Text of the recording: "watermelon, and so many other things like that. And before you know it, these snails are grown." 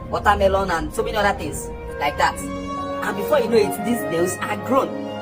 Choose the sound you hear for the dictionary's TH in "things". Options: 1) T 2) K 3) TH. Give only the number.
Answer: 1